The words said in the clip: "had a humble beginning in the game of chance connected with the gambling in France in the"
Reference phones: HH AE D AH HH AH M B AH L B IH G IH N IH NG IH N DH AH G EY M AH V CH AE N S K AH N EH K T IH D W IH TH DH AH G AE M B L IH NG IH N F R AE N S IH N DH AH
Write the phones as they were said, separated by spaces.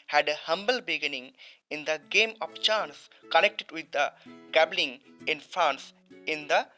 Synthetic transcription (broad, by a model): HH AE D AH HH AH M B AH L B IH G IH N IH NG IH N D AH G EY M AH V CH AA N S K AH N EH K T IH D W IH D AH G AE B L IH NG IH N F R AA N S IH N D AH